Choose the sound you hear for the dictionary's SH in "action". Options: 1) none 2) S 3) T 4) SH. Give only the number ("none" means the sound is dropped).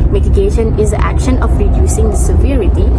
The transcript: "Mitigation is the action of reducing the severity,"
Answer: 4